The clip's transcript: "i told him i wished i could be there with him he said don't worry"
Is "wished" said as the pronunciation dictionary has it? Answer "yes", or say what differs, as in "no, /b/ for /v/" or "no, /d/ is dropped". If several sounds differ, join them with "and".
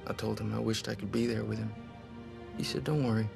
yes